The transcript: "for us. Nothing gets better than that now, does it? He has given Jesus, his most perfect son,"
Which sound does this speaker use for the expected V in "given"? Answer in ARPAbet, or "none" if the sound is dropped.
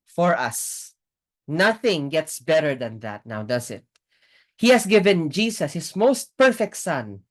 V